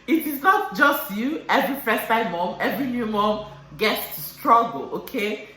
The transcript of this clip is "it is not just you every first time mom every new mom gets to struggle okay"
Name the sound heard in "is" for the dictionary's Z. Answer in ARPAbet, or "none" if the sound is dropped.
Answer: S